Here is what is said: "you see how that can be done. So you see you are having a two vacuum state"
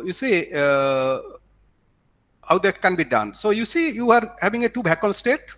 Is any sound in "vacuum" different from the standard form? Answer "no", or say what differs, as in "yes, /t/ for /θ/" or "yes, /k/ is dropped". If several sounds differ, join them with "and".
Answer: yes, /b/ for /v/